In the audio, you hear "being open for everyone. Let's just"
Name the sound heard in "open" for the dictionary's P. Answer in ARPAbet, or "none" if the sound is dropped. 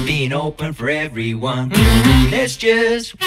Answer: P